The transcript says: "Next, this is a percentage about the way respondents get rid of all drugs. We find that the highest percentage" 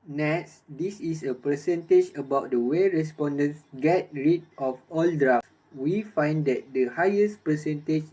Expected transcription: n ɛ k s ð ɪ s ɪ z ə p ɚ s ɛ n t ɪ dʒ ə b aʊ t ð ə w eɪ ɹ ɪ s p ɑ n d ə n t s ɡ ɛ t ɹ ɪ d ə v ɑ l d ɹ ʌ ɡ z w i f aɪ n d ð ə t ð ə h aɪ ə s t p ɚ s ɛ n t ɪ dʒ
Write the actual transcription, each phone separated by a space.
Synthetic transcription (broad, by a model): n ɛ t s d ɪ s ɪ s ə p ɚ s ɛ n t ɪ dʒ ə b aʊ t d ə w eɪ ɹ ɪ s p ɑ n d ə n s ɡ ɛ t ɹ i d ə f ɑ l d ɹ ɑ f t w i f aɪ n d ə t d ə h aɪ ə s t p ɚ s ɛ n t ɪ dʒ